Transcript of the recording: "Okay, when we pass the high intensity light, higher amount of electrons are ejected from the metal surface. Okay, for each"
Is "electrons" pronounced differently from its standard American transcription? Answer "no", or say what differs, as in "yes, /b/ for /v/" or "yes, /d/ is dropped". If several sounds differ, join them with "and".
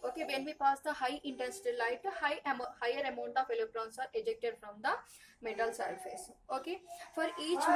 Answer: yes, /k/ is dropped and /s/ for /z/